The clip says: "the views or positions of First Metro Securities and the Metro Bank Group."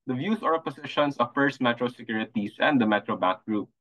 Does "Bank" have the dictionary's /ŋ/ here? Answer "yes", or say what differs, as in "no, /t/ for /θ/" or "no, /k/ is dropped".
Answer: no, /ŋ/ is dropped